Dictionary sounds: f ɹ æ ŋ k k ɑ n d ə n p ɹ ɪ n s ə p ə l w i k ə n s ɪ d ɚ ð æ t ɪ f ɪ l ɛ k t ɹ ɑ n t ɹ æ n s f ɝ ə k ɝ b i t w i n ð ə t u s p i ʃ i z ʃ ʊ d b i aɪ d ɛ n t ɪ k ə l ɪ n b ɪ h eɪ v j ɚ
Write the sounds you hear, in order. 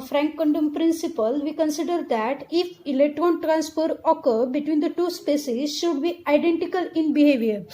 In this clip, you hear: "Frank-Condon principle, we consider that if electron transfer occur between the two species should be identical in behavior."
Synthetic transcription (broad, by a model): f ɹ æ ŋ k k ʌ n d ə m p ɹ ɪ n s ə p ə l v i k ə n s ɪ d ɚ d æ t ɪ f ɪ l ɛ k t ɹ ɑ n t ɹ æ n s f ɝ ə k ɝ b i t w i n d ə t u s p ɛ s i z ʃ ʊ d b i aɪ d ɛ n t ɪ k ə l ɪ n b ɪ h eɪ v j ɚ